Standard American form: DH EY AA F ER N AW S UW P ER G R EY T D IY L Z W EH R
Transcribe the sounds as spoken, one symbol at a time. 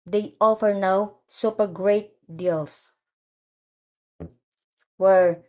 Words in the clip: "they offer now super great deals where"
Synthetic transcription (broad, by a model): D EY AA F ER N AW S UW P ER G R EY T D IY L S W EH R